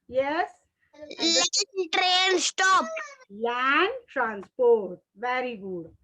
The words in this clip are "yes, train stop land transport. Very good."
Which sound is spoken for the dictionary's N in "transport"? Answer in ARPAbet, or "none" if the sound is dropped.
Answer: N